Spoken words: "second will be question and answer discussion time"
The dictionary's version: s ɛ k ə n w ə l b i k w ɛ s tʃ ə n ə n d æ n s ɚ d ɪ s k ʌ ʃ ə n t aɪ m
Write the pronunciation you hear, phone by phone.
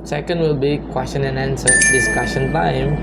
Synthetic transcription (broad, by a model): s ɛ k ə n w ə l b i k w ɛ s tʃ ə n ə n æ n s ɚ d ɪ s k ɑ s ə n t aɪ m